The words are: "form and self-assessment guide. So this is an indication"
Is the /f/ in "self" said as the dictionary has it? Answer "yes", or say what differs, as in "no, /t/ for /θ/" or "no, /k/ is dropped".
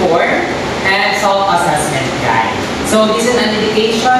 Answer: no, /f/ is dropped